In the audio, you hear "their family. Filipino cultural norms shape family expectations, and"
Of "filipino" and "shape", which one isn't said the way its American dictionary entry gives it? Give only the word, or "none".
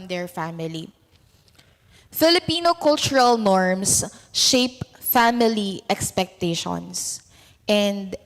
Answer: none